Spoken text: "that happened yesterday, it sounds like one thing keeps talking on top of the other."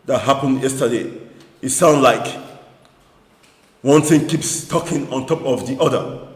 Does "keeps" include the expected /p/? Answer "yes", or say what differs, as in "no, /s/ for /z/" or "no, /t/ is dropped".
yes